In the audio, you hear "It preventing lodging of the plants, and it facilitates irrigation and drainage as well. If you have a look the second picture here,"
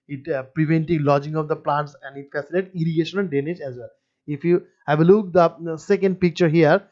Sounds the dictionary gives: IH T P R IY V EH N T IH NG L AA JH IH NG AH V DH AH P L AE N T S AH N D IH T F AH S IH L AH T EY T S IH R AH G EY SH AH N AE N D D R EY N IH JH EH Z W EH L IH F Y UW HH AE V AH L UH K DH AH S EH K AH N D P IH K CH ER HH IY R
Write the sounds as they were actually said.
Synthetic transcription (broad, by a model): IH T P R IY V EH N T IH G L AA JH IH NG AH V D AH P L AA N T S AH N D IH T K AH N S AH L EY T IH R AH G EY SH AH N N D D EY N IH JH EH Z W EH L IH F Y UW HH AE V AH L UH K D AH S EH K AH N D P IH K CH ER HH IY R